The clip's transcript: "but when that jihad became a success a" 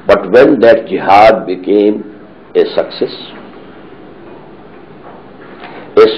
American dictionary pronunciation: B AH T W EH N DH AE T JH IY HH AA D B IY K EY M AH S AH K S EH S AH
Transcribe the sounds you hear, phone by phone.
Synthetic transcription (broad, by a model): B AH T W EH N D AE T JH IY HH AA D B IY K EY M AH S AH K S EH S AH